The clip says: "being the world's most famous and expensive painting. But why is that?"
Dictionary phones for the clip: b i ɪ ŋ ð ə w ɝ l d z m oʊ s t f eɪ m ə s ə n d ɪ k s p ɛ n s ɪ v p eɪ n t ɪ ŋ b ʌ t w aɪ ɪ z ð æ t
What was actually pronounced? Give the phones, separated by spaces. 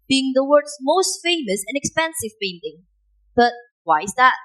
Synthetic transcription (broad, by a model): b i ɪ ŋ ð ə w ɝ d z m oʊ s t f eɪ m ə s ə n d ɪ k s p ɛ n s ɪ v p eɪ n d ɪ ŋ b ʌ t w aɪ ɪ z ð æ t